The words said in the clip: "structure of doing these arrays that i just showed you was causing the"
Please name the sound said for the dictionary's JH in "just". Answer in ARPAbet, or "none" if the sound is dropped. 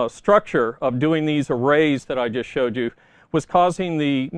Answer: JH